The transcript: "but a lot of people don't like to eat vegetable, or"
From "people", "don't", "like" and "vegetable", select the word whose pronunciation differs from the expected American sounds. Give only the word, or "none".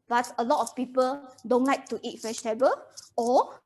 vegetable